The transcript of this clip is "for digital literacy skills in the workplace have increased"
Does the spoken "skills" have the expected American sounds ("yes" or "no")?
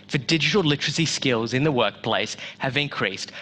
yes